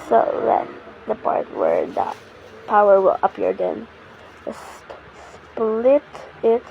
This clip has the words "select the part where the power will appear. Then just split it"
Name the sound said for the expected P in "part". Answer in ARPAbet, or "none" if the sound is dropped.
P